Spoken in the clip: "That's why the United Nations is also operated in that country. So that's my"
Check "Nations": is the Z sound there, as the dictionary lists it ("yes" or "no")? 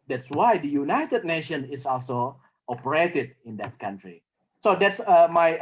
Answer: no